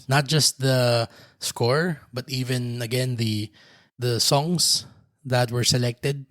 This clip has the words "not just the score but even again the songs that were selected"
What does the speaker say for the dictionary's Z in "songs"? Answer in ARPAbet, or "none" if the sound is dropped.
S